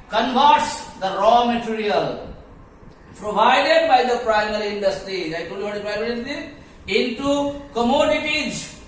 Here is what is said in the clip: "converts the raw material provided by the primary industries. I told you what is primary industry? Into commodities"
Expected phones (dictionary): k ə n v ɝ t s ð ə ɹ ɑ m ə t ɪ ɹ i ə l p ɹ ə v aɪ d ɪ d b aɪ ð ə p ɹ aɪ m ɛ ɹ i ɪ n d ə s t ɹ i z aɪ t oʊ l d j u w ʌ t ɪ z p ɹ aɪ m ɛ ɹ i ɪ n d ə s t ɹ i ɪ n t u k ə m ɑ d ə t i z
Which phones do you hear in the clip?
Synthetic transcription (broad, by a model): k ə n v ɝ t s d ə ɹ ɑ m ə t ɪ ɹ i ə l p ɹ ə v aɪ d ɪ d b aɪ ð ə p ɹ aɪ m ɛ ɹ i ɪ n d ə s t ɹ i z aɪ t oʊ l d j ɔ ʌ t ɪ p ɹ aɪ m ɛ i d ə t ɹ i ɪ n t u k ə m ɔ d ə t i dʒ